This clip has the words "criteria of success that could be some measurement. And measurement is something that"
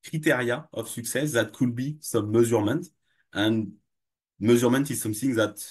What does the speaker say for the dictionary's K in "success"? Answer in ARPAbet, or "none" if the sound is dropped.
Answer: K